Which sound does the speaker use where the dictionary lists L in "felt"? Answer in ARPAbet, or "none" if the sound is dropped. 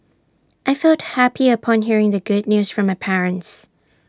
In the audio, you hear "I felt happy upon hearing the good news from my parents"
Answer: L